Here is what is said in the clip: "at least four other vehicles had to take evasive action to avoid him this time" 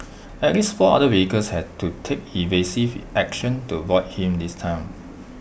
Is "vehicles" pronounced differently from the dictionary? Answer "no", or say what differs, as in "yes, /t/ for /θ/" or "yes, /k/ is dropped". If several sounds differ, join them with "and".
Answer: yes, /w/ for /v/